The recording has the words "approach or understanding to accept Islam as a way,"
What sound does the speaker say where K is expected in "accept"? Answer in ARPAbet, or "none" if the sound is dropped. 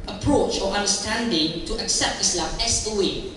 K